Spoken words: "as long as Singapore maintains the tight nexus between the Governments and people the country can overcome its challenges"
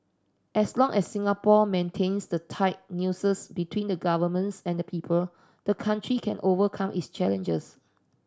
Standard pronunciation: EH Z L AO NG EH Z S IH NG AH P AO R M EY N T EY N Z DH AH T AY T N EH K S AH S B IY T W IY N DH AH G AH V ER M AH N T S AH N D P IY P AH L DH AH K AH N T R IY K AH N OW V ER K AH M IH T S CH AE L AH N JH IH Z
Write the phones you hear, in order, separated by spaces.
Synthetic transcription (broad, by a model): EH S L AO NG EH S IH NG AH P AO M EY N T EY N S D AH T AY T N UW S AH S B IY T W IY N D AH G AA V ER M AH N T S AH N D P IY P AH L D AH K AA N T R IY K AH N OW V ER K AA M IH T S CH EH L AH N JH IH S